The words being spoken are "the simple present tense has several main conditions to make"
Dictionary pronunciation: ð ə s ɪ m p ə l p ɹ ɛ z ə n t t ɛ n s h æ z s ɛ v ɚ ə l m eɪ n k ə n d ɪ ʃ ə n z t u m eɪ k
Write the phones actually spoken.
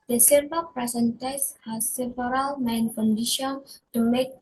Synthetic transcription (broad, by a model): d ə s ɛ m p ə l p ɹ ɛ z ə n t t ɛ s h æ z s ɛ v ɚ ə l m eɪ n k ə n d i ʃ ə n t u m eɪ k